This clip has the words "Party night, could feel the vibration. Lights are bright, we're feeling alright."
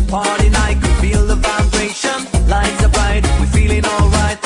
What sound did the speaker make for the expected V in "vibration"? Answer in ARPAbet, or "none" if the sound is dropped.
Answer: F